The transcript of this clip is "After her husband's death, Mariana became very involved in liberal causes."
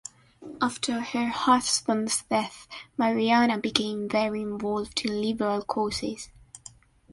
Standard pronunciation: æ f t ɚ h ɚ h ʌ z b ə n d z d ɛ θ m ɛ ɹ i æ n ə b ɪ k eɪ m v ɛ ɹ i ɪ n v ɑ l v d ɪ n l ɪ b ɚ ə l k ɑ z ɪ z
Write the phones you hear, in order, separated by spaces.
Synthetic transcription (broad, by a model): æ f t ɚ h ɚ h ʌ s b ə n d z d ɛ θ m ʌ ɹ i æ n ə b ɪ k eɪ m v ɛ ɹ i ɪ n v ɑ l v d ɪ n l ɪ b ɚ ə l k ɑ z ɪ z